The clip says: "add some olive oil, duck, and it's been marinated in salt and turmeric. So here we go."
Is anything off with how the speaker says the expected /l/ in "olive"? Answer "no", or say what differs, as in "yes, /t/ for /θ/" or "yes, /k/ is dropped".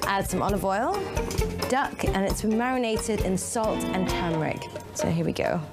yes, /n/ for /l/